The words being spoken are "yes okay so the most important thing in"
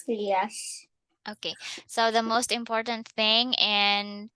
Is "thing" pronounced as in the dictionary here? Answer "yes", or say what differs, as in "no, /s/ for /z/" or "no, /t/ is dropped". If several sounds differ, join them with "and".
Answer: yes